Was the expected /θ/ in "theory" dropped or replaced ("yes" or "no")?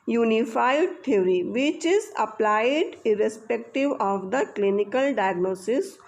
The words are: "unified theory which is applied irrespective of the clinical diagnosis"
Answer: yes